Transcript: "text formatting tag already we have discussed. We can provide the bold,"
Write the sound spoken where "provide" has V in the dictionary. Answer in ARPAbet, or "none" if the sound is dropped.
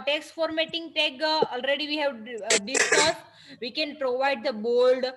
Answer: V